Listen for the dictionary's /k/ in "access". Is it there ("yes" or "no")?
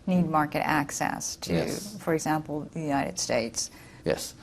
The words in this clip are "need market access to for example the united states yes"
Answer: yes